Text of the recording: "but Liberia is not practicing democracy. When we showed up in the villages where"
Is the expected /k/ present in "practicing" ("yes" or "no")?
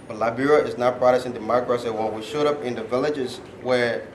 no